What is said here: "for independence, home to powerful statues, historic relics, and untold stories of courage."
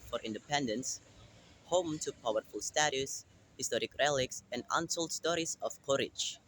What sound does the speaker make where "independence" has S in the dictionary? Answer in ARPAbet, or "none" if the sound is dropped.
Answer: S